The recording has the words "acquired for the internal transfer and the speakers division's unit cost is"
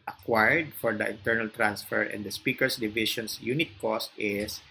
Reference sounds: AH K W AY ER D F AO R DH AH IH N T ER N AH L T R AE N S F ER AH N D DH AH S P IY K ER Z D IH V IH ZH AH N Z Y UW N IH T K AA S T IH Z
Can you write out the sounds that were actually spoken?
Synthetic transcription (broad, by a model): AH K W AY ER D F AO R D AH IH N T ER N AH L T R AE N S F ER AH N D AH S P IY K ER S D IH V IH SH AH N S Y UW N IH T K AA S T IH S